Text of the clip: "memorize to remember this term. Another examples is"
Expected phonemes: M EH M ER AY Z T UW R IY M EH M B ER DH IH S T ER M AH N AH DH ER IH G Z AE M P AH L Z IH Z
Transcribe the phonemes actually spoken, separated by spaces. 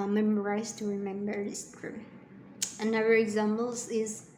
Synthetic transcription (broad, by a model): M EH M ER AY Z T UW R IY M EH M B ER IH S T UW AH N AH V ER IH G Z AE M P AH L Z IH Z